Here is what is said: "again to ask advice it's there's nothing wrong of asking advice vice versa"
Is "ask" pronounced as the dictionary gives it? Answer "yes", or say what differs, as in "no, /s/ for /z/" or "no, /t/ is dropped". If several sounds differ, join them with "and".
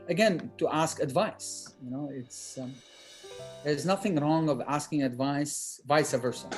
yes